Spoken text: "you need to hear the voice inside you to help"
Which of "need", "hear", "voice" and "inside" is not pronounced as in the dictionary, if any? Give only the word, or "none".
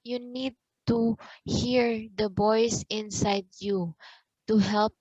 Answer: voice